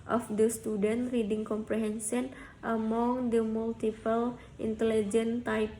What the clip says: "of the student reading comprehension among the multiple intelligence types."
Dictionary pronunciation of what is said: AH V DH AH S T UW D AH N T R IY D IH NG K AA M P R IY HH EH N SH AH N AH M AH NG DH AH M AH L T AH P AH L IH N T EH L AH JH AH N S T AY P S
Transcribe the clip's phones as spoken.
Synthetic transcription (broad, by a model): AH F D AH S T UW D AH N T R IY D IH NG K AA M P R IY HH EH N S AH N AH M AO NG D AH M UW L T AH P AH L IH N T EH L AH JH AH N T AY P